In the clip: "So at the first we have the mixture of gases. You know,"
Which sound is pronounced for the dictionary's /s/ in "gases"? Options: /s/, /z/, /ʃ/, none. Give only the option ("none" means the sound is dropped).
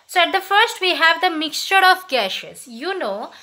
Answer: /ʃ/